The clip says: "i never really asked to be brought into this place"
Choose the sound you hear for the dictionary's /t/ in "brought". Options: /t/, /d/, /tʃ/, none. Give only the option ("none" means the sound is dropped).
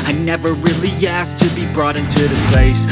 /t/